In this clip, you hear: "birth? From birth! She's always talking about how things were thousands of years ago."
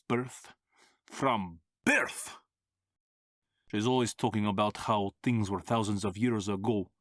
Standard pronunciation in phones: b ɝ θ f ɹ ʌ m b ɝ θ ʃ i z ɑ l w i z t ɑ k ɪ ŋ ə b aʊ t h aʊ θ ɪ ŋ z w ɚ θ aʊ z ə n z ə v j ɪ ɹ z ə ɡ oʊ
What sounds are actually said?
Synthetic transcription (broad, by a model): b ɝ θ f ɹ ʌ m b ɝ θ ʃ i z ɑ l w i z t ɑ k ɪ ŋ ə b aʊ t h aʊ θ ɪ ŋ z w ɚ θ aʊ z ə n z ə v j ɪ ɹ z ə ɡ oʊ